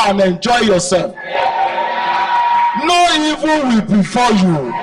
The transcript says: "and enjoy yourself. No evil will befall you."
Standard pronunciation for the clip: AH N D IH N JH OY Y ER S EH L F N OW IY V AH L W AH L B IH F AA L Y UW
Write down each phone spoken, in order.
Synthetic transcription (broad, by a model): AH N IH N JH OY Y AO S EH L F N OW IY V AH N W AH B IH F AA Y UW